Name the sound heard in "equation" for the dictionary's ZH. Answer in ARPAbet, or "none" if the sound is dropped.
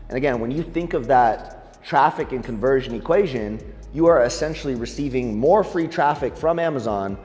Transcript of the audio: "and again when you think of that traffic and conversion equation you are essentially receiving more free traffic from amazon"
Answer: ZH